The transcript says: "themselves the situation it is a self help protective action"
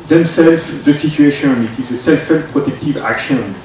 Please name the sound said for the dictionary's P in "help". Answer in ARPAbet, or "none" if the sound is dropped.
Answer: F